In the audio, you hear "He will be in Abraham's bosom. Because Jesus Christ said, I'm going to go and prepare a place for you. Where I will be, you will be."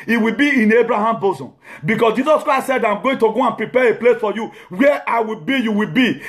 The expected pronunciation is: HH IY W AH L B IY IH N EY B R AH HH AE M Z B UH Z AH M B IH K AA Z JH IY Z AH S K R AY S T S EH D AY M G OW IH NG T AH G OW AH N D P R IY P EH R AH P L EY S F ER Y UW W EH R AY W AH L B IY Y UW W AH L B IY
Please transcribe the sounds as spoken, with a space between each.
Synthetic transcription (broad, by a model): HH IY W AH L B IY IH N EY B R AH HH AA M B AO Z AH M B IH K AA S JH IY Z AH S K R AY S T S EH D AY M G OW IH NG T AH G OW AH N P R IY P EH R AH P L EY S F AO Y UW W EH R AY W AH L B IY Y UW W AH L B IY